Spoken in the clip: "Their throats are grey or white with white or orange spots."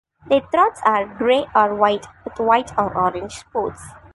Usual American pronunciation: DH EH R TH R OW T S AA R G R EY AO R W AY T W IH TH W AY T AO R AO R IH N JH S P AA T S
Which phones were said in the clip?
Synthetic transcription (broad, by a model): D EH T R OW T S AA R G R EY AO R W AY T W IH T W AY T AO R AO R IH N JH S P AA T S